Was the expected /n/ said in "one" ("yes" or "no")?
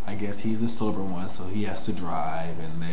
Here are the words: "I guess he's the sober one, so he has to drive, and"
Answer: yes